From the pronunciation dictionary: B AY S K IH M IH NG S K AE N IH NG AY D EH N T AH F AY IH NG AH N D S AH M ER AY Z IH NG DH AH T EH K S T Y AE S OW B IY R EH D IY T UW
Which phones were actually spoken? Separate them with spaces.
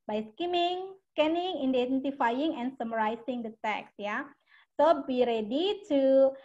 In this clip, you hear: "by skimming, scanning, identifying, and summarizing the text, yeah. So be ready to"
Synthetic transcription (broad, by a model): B AY S K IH M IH NG S K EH N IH NG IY D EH N T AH F AY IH NG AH N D S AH M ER AY S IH NG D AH T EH K S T Y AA S OW B IY R EH D IY T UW